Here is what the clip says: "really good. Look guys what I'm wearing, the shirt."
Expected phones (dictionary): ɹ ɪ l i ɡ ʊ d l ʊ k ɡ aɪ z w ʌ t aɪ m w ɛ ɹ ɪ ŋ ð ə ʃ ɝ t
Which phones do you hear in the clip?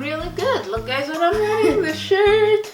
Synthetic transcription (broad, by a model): ɹ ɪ l i ɡ ʊ d l ʊ k ɡ aɪ z w ʌ t aɪ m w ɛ ɪ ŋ ð ə ʃ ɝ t